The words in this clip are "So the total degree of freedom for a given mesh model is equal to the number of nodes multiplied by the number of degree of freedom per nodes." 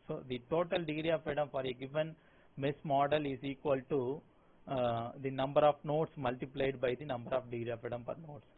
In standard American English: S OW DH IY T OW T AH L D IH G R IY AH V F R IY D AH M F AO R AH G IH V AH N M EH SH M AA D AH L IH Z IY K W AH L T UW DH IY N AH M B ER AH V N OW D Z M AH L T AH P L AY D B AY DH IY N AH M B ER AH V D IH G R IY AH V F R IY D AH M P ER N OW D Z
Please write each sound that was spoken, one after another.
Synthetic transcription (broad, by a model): S OW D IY T OW T AH L D IH G R IY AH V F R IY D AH M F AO R AH G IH V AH N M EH S M AA D AH L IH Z IY K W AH L T UW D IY N AH M B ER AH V N OW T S M AH L T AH P L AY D B AY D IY N AH M B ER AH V D IH G R IY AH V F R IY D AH M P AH N OW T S